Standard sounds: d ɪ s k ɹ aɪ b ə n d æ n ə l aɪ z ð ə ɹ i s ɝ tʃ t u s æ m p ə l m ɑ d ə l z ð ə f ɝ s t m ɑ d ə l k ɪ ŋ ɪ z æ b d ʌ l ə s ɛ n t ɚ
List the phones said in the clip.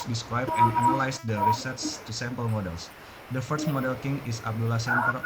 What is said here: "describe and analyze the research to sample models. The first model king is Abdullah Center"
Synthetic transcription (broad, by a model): d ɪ s k ɹ aɪ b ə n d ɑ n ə l aɪ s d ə ɹ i s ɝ s t u s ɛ m p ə l m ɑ d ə l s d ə f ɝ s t m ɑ d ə l k ɪ ŋ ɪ s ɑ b d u l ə s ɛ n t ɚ